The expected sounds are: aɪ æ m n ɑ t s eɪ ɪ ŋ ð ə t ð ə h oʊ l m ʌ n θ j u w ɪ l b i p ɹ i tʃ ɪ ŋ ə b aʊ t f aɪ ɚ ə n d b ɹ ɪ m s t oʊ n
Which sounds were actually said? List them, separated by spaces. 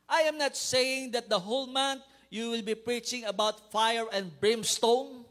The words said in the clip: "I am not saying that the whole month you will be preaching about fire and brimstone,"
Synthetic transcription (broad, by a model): aɪ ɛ m n ɑ t s eɪ ɪ ŋ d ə t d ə h oʊ l m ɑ n t j u w ɪ l b i p ɹ i tʃ ɪ ŋ ə b aʊ t f aɪ ɚ ə n d b ɹ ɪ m s t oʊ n